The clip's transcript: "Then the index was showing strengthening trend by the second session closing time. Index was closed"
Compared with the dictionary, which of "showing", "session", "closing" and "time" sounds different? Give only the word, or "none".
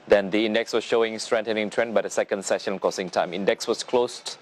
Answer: closing